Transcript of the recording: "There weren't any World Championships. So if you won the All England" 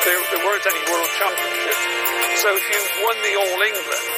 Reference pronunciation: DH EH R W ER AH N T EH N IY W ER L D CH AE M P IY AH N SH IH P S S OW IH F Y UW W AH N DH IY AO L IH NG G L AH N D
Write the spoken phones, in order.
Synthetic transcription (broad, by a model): DH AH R W ER AH N T EH N IY W ER L D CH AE P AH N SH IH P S S OW IH F Y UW W AH N DH IY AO L IH NG G L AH N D